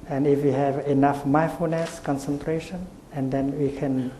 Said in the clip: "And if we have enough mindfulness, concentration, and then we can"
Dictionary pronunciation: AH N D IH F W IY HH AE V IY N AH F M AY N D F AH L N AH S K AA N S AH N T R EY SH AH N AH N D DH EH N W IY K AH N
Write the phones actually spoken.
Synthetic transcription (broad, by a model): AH N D IH F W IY HH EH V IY N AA F M AY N F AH N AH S K AA N S AH N T R EY SH AH N AH N D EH N W IY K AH N